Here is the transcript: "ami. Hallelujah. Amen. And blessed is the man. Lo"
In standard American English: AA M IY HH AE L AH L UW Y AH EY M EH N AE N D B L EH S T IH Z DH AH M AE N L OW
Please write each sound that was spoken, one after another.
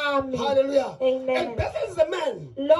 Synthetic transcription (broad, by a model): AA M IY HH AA L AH L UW Y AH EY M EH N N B EH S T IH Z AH M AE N L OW